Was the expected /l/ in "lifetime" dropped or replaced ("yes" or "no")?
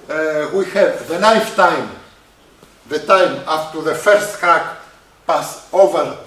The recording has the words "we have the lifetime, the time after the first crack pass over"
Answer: yes